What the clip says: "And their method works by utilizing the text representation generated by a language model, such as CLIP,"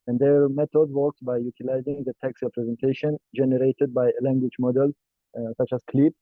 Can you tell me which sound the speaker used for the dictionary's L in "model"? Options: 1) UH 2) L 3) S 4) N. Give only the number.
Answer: 2